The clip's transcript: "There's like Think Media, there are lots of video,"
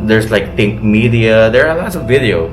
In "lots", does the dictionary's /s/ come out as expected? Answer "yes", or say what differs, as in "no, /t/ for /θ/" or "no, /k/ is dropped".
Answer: no, /s/ is dropped